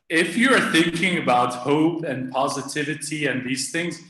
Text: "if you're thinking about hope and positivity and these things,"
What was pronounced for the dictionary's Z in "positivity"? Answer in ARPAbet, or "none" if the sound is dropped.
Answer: Z